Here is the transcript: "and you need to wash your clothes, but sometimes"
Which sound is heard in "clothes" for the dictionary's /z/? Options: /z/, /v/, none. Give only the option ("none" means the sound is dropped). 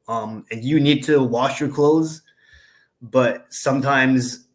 /z/